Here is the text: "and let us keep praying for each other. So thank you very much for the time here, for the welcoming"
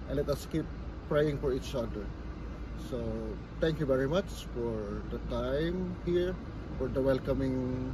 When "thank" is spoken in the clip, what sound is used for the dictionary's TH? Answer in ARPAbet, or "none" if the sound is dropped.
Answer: T